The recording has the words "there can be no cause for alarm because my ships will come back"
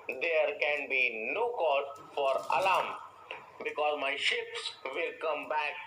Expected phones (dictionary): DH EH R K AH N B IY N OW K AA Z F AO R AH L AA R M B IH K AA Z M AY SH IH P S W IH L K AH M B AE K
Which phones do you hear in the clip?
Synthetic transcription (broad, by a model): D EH R K AH N B IY N OW K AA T F AO R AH L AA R M B IH K AA Z M AY SH IH P S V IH L K AH M B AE K